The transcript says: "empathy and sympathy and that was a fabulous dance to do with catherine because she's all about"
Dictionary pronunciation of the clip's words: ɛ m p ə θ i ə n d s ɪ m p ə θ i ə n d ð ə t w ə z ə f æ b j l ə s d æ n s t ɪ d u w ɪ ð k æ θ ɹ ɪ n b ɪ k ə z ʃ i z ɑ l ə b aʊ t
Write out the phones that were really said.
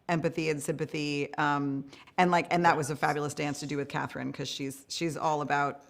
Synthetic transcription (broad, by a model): ɛ m p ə θ i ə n s ɪ m p ə θ i ə n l ð ə t w ə z ə f æ b j l ə s d æ n s t ɪ d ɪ w ɪ ð k æ θ ɹ ɪ n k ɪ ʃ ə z ʃ i z ɑ l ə b aʊ t